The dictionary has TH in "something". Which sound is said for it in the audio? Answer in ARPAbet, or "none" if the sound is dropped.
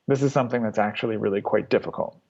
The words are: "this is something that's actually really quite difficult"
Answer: TH